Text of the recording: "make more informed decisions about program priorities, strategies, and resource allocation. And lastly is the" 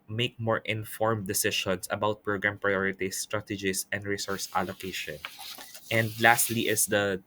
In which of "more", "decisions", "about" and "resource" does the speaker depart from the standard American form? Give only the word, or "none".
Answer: decisions